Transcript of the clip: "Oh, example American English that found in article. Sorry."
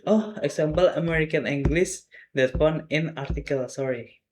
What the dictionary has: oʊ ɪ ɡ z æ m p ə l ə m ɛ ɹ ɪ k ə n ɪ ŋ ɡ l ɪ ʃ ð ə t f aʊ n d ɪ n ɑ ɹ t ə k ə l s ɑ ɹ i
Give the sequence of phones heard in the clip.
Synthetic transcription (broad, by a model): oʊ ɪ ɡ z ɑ m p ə l ə m ɛ ɹ ɪ k ə n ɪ ŋ ɡ l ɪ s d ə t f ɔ n ɪ n ɑ ɹ t ə k ə l s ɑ ɹ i